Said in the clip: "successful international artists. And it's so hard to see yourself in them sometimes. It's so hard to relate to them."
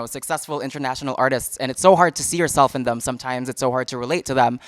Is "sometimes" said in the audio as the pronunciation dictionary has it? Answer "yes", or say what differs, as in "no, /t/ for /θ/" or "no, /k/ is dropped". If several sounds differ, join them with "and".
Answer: yes